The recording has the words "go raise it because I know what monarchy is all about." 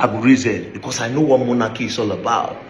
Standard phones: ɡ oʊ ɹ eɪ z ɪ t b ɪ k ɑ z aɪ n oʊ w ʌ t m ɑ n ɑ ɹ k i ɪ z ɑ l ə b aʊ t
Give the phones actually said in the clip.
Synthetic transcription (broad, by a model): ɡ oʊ ɹ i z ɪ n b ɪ k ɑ s aɪ n oʊ w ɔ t m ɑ n ɑ k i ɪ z ɑ l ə b aʊ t